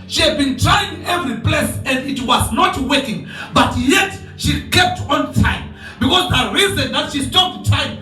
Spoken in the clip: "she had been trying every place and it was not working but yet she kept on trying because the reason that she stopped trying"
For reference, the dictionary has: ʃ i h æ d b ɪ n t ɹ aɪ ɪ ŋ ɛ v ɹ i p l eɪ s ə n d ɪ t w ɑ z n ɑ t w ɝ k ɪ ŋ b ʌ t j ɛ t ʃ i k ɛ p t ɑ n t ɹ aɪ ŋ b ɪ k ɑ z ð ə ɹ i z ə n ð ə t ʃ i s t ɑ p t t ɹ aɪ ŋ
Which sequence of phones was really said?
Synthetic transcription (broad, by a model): ʃ i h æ d b ɪ n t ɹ aɪ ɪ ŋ ɛ v ɹ i p l eɪ s ə n d ɪ t w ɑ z n ɑ t w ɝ k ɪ ŋ b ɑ t j ɛ t ʃ i k ɛ p t ɑ n t aɪ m b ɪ k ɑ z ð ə ɹ i z ə n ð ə t ʃ i s t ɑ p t t aɪ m